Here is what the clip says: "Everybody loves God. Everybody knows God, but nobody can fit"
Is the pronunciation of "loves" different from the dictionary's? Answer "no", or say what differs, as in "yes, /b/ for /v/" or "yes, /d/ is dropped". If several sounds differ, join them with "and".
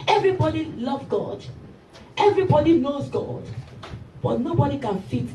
yes, /z/ is dropped